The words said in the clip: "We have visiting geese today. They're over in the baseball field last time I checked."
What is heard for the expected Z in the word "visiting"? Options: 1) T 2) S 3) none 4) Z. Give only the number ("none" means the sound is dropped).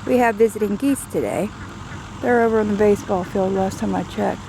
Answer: 4